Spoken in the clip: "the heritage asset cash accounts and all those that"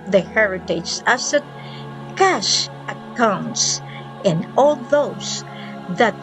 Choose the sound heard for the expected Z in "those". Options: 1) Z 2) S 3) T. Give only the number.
2